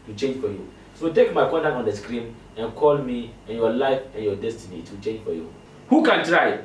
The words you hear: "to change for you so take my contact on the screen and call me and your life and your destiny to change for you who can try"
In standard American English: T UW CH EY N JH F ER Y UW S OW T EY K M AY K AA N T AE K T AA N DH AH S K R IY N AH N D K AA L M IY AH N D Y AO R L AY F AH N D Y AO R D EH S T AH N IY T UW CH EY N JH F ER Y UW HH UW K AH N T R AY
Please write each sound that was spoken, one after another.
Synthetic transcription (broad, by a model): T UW CH EY N JH F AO Y UW S OW T EY K M AY K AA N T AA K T AA N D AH S K R IY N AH N K AA L M IY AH N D Y AO L AY F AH N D Y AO D EH S T AH N IY T UW CH EY N JH F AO Y UW HH UW K AH N T R AY